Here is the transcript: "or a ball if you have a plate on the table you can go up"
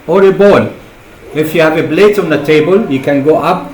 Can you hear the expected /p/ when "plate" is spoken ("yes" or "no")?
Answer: no